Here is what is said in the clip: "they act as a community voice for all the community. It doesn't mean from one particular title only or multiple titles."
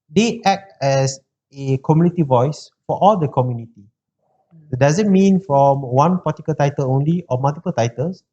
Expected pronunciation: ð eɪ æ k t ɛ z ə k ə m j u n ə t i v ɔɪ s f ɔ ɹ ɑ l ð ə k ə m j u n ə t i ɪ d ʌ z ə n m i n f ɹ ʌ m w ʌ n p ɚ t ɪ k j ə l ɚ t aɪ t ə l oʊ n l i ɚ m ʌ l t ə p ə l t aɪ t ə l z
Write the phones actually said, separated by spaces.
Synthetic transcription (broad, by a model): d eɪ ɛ k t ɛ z ə k ə m j u n ə t i v ɔɪ s f ɔ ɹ ɑ l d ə k ə m j u n ə t i d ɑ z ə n m i n f ɹ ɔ m w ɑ n p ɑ t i k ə l t aɪ t ə l oʊ n l i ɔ m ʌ l t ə p ə l t aɪ t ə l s